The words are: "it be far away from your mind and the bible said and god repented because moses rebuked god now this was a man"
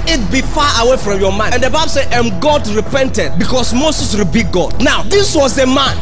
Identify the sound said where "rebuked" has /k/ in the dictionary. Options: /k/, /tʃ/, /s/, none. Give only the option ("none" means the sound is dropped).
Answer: none